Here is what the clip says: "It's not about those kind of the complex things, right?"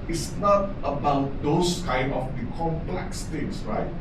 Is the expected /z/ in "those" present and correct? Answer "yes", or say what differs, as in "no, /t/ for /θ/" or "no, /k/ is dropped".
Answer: no, /s/ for /z/